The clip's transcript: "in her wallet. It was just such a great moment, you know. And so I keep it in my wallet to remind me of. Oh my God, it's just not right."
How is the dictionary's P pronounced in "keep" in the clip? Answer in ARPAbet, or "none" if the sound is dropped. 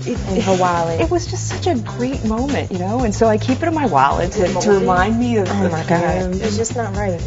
P